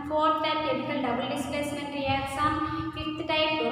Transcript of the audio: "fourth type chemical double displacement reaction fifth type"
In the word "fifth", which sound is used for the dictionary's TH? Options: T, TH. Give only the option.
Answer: T